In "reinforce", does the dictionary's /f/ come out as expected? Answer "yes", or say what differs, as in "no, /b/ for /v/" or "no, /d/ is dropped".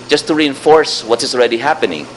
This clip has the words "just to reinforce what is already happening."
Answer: yes